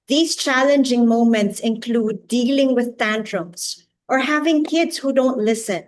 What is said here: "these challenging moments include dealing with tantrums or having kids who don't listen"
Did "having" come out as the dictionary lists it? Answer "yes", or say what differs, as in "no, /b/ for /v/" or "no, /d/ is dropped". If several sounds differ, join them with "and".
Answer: yes